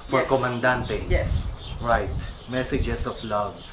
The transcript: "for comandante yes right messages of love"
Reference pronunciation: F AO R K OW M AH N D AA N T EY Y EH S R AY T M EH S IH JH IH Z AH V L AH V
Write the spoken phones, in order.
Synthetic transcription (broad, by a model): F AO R K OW M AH N D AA N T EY Y EH S R AY T M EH S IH JH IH S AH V L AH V